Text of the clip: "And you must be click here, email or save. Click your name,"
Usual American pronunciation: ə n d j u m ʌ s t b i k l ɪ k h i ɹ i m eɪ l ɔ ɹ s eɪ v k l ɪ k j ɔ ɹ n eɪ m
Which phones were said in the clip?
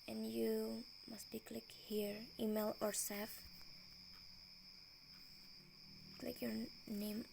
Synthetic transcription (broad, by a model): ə n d j u m ʌ s t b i k l ɪ k h i ɹ i m eɪ l ɔ ɹ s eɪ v k l ɪ k j ɔ ɹ n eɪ m